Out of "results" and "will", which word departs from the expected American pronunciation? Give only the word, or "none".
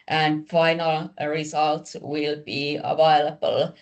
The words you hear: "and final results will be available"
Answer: results